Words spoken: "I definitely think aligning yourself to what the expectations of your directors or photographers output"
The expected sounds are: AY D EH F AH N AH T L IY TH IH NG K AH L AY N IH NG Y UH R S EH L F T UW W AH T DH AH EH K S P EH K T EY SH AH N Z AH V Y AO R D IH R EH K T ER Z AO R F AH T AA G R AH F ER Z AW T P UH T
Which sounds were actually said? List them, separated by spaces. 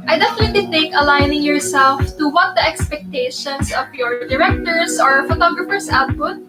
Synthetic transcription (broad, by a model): AY D EH F AH N AH T L IY T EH K AH L AY N IH NG Y UH R S EH L F T UW W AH T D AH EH K S P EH K T EY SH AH N S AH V Y AO R D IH R EH K T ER S AO R F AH T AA G R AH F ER S AW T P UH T